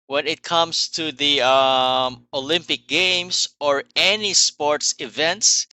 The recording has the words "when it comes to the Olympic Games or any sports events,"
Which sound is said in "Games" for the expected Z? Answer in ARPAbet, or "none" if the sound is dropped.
S